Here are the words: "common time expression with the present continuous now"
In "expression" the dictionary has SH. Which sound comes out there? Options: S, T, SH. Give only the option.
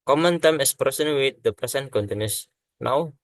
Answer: S